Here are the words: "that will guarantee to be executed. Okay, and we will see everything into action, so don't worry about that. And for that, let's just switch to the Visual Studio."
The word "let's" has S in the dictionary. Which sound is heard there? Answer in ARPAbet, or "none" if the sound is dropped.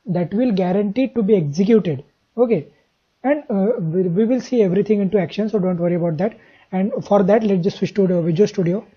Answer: none